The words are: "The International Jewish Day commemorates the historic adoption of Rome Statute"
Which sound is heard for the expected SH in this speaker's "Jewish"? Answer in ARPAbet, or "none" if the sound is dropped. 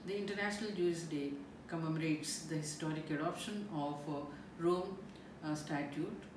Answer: S